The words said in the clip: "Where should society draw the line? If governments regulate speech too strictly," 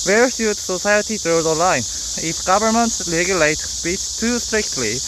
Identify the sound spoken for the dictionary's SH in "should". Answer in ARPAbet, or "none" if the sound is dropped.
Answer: S